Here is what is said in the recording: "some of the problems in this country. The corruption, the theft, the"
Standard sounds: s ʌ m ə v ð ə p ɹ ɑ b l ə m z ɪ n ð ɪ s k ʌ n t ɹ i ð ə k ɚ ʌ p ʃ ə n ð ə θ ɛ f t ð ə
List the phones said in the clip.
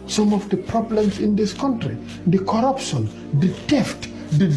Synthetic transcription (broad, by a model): s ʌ m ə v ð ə p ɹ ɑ b l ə m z ɪ n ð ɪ s k ʌ n t ɹ i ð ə k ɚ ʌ p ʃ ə n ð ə t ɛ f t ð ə